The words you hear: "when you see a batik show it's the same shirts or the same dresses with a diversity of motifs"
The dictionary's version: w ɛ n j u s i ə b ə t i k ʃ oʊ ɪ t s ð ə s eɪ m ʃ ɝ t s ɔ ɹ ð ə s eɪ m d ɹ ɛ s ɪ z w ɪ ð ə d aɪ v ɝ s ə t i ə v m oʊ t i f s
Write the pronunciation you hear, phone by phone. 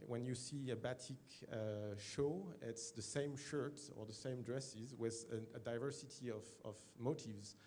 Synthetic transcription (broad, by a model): w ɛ n j u s i ə b ə t i k ʃ oʊ ɪ t s ð ə s eɪ m ʃ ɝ t ɔ ɹ ð ə s eɪ m d ɹ ɛ s ɪ z w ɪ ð ə d aɪ v ɝ s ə t i ə v m oʊ t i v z